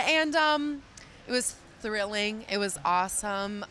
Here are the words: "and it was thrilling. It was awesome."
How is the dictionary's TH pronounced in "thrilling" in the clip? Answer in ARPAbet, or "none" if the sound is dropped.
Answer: TH